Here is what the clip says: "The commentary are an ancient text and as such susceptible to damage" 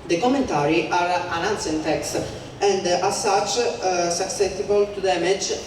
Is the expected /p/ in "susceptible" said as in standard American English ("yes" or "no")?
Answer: no